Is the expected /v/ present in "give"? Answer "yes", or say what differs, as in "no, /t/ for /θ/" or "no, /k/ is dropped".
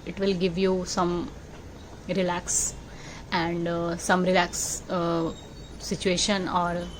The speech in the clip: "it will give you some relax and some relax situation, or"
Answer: yes